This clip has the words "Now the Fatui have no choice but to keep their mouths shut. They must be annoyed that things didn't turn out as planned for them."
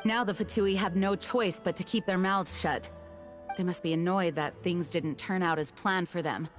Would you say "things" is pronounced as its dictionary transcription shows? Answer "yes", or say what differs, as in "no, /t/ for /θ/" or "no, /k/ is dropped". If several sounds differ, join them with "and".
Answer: yes